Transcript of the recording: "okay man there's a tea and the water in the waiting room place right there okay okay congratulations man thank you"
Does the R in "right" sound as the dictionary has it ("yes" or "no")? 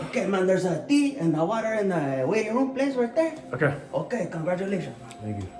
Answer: no